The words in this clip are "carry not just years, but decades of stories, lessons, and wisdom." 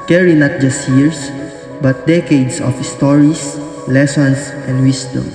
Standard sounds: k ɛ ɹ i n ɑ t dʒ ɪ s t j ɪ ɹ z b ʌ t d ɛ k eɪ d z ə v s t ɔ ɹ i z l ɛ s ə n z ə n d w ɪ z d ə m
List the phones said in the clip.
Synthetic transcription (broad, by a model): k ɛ ɹ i n ɑ t dʒ ɪ s t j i ɹ s b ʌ t d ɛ k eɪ d s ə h s t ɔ ɹ i s l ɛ s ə n s ə n d w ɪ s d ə m